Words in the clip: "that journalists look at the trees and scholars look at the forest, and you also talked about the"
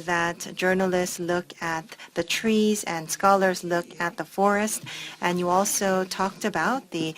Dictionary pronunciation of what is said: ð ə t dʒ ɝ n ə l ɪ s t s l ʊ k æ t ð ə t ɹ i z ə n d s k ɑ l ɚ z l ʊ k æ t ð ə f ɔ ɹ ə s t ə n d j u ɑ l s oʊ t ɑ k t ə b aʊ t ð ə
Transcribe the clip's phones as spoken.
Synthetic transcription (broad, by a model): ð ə t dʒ ɝ n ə l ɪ s t s l ʊ k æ t ð ə t ɹ i z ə n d s k ɑ l ɚ z l ʊ k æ t ð ə f ɔ ɹ ə s t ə n j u ɑ l s oʊ t ɑ k t ə b aʊ t ð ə